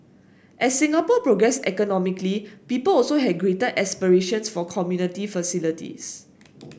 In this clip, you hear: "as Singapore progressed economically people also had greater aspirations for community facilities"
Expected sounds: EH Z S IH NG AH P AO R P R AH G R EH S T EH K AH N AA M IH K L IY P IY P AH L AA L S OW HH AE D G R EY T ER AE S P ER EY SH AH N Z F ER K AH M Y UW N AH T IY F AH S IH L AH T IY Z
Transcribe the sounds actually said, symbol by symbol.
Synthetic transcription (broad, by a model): EH S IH NG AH P AO P R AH G R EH S EH K AH N AA M IH K L IY P IY P AH L AA L S OW HH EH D G R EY T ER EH S P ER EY SH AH N S F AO K AH M Y UW N AH T IY F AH S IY L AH T IY S